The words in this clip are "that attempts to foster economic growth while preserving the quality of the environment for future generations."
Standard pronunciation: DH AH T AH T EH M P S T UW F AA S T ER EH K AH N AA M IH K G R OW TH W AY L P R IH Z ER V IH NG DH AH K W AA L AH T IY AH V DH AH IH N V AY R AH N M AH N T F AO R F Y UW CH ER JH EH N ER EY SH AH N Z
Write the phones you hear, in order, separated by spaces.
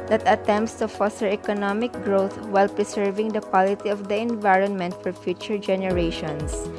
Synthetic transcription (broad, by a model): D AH T AH T EH M P S T UW F AA S T ER EH K AH N AA M IH K G R OW T W AY L P R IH S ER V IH NG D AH K W AA L AH T IY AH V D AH IH N V AY R AH N M AH N T F AO R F Y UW CH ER JH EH N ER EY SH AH N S